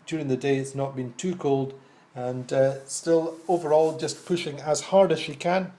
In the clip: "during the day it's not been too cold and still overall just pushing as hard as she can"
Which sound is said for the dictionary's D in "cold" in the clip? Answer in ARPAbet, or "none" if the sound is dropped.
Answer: D